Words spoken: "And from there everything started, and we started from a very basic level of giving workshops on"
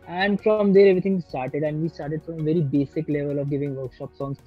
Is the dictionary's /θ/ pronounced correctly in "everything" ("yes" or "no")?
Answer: no